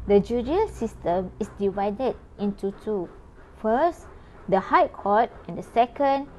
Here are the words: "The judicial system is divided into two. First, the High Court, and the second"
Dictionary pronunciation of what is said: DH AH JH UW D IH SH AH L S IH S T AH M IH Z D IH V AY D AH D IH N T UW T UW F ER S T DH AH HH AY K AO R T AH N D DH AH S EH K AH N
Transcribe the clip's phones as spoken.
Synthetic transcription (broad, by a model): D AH JH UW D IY AH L S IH S T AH M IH S D IH V AY D AH D IH N T UW T UW F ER S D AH HH AY K AO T AH N D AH S EH K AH N